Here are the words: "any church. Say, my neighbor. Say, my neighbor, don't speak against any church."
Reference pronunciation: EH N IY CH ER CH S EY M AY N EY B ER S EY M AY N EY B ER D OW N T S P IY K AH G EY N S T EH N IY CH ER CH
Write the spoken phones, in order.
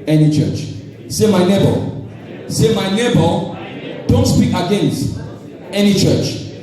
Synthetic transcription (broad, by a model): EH N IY CH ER CH S EY M AY N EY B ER S EY M AY N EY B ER D OW N T S P IY K AH G EY N S T EH N IY CH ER CH